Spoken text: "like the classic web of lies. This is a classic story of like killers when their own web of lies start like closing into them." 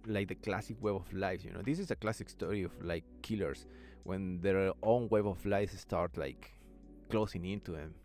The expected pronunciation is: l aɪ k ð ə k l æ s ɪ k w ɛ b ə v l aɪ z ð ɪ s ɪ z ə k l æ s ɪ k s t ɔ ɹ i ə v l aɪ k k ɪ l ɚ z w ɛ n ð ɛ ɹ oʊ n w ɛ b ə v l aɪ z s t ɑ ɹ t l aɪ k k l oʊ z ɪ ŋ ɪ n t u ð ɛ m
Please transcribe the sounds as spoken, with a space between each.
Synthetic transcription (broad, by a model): l aɪ k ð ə k l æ s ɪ k w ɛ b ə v l aɪ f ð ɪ s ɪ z ə k l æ s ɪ k s t ɔ ɹ i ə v l aɪ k k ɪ l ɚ s w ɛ n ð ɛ ɹ oʊ n w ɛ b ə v l aɪ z s t ɑ ɹ t l aɪ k k l oʊ s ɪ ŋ ɪ n t u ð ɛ m